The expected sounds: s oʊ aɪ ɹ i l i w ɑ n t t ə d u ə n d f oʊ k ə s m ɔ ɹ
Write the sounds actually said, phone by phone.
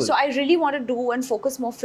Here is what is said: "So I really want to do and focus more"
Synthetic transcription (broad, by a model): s oʊ aɪ ɹ i l i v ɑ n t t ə d u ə n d f oʊ k ə s m ɔ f